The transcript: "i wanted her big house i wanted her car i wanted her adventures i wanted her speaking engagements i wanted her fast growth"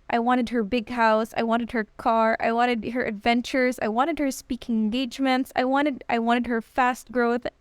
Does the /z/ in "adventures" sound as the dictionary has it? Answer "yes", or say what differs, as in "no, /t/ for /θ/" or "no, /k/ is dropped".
yes